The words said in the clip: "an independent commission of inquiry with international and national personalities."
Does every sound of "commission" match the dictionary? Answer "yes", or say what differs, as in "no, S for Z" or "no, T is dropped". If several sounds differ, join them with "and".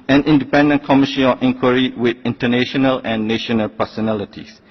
no, N is dropped